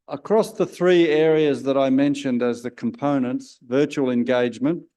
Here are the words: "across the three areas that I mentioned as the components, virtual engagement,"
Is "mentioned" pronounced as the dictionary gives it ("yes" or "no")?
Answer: yes